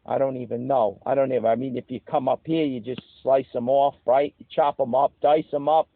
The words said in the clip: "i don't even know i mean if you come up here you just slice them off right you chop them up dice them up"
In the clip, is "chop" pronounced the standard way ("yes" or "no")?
yes